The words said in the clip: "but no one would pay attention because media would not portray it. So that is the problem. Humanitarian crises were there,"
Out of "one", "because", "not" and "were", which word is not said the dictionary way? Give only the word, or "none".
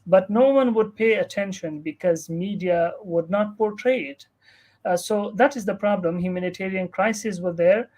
none